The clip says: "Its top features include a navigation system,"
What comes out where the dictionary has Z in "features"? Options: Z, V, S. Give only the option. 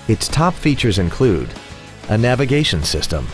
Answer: Z